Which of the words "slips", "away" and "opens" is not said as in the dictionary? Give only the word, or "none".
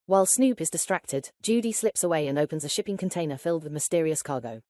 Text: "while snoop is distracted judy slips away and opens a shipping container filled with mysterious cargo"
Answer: none